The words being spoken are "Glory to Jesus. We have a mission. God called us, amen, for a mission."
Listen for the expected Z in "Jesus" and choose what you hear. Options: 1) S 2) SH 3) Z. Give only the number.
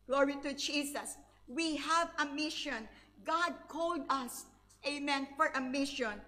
1